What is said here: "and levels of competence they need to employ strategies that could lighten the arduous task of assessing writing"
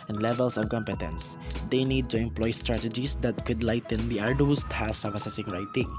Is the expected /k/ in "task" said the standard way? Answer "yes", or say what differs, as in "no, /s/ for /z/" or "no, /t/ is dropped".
no, /k/ is dropped